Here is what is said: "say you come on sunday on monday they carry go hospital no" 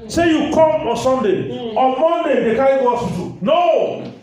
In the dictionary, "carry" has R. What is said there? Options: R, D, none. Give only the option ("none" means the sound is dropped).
none